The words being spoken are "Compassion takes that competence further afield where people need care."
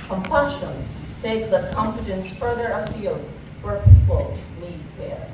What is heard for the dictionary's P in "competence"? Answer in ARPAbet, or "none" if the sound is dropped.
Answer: F